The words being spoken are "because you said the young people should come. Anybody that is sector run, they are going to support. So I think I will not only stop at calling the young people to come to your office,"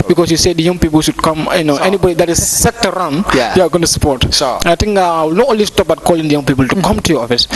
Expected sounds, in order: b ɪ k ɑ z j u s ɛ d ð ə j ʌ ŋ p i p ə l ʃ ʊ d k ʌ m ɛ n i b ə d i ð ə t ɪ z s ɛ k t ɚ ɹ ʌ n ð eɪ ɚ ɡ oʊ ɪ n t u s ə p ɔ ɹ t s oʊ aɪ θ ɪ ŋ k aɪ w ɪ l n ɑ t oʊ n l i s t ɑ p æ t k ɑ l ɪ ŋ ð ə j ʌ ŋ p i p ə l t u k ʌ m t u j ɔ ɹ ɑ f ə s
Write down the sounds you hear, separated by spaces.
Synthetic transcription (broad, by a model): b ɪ k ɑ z j u s ɛ d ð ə j ʌ ŋ p i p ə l ʃ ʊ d k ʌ m ɛ n i b ə d i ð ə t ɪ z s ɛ t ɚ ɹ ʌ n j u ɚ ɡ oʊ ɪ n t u s ə p ɔ ɹ t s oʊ aɪ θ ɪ ŋ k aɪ w ɪ l n ɑ t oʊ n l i s t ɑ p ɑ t k ɑ l ɪ ŋ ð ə j ʌ ŋ p i p ə l t u k ʌ m t u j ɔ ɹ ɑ f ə s